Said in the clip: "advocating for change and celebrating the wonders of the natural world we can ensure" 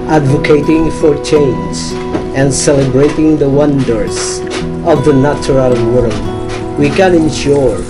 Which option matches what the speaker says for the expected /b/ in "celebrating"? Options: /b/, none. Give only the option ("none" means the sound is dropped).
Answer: /b/